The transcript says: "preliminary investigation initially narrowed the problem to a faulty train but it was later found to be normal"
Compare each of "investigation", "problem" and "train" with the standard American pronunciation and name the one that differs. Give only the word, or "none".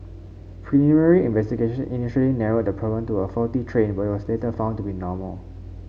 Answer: problem